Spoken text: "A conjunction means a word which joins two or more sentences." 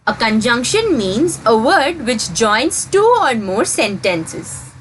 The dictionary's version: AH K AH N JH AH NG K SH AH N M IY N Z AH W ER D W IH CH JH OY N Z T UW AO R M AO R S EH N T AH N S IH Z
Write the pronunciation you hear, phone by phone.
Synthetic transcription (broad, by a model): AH K AH N JH AH NG K SH AH N M IY N Z AH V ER D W IH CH JH OY N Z T UW AO R M AO R S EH N T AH N S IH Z